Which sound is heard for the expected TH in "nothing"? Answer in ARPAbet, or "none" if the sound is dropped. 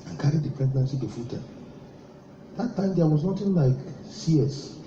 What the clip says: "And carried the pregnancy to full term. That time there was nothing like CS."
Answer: T